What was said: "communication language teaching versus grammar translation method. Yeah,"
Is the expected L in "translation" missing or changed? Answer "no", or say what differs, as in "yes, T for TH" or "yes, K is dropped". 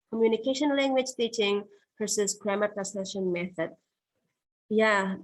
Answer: yes, L is dropped